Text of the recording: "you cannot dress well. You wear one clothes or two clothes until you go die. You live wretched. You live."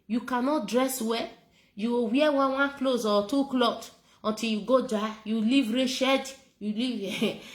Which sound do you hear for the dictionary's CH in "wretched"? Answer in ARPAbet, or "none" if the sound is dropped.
SH